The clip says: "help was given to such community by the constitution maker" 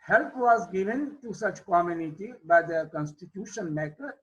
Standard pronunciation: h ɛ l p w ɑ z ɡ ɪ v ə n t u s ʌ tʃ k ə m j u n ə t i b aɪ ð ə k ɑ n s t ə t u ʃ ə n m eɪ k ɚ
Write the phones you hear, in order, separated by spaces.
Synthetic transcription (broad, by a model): h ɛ l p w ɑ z ɡ ɪ v ə n t u s ʌ tʃ k ə m j u n ə t i b aɪ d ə k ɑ n s t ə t u ʃ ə n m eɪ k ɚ